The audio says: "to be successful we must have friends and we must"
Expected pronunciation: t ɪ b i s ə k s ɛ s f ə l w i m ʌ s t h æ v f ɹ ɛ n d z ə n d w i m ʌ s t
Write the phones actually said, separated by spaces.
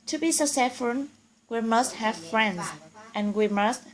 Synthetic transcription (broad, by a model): t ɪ b i s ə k s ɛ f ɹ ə n w i m ʌ s t h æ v f ɹ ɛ n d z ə n w i m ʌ s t